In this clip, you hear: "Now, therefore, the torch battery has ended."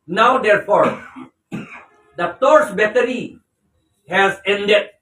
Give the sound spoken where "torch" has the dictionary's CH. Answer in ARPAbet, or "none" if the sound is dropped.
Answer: S